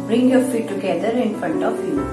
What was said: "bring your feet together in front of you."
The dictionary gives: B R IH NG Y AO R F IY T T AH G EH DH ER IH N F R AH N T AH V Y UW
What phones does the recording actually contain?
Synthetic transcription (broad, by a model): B R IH NG Y AO R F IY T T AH G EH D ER IH N F R AH N T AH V Y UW